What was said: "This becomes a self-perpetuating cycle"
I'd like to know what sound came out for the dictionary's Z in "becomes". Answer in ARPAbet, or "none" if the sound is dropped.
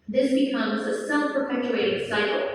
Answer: Z